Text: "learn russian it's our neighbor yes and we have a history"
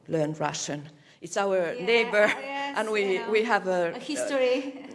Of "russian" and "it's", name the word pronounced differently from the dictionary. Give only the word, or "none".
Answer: none